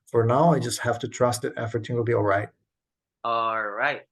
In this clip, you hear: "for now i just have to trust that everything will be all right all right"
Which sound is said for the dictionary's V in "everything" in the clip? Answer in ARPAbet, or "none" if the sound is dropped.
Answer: F